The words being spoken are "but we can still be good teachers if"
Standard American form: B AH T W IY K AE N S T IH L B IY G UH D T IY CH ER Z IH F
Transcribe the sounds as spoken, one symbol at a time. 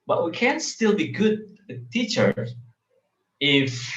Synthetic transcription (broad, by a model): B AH T W IY K AE N S T IH L B IY G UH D T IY CH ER IH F